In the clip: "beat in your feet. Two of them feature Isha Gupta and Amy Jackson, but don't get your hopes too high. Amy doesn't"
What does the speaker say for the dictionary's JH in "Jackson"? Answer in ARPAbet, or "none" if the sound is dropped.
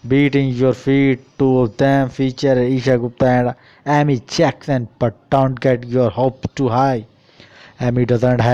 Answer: CH